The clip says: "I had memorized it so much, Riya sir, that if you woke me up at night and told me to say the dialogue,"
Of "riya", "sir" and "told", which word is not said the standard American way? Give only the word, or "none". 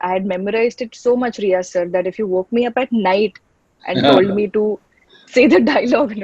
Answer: none